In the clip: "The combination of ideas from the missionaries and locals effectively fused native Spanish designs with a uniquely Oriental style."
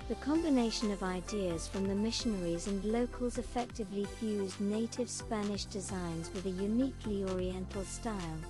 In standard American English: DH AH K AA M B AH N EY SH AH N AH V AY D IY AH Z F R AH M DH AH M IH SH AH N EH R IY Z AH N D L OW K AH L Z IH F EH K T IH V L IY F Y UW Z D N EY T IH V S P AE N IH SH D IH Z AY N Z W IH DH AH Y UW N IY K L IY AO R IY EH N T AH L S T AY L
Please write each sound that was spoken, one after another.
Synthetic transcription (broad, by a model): DH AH K AA M B AH N EY SH AH N AH V AY D IY AH Z F R AH M DH AH M IH SH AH N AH R IY Z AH N L OW K AH L Z IH F EH K T IH V L IY F Y UW Z N EY T IH V S P AE N IH SH D IH Z AY N Z W IH DH AH Y UW N IY K L IY AO R IY EH N T L S T AY L